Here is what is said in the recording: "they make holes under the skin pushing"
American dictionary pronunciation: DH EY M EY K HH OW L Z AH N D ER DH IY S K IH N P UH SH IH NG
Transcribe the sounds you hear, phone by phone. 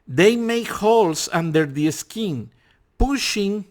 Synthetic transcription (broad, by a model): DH EY M EY K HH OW L S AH N D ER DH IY S K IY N P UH SH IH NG